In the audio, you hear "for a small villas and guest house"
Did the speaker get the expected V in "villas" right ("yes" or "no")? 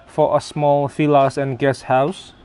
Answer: no